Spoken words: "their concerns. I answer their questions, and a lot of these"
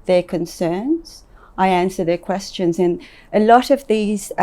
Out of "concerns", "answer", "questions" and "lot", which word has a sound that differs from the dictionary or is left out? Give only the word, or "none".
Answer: none